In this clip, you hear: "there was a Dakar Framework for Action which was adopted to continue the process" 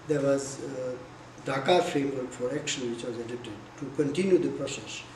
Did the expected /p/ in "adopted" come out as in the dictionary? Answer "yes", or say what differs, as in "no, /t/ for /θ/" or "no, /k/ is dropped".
no, /p/ is dropped